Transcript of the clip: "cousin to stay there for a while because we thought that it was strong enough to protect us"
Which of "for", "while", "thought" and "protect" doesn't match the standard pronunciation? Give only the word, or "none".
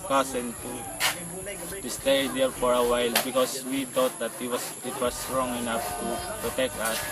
thought